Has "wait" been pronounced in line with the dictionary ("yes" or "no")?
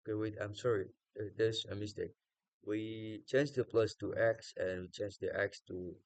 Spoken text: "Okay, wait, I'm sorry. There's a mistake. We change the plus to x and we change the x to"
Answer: no